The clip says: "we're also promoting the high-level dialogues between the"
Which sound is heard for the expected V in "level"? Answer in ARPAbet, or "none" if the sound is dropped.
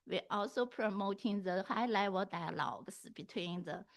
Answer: W